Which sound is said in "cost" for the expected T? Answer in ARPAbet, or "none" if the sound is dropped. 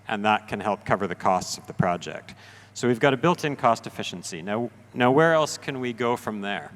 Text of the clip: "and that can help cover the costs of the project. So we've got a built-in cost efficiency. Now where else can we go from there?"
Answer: T